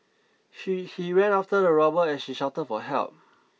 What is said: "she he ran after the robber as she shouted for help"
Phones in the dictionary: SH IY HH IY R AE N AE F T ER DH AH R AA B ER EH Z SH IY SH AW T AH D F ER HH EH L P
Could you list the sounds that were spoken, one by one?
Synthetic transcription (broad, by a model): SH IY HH IY W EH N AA F T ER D AH R AA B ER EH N SH IY SH AW T AH D F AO HH EH L P